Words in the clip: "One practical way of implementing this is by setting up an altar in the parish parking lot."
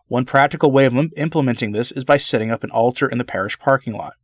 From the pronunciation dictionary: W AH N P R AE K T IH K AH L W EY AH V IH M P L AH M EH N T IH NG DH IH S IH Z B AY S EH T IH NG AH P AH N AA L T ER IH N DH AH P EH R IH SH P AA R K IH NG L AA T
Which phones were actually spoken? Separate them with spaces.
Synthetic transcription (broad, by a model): W AH N P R AE K T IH K L W EY AH V IH M P L AH M EH N T IH NG DH IH S IH Z B AY S EH T IH NG AH P AH N AA L T ER IH N DH AH P EH R IH SH P AA R K IH NG L AA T